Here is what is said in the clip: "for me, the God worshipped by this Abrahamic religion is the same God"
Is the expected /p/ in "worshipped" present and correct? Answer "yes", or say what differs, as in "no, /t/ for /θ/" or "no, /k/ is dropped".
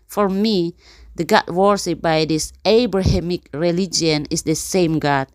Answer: no, /p/ is dropped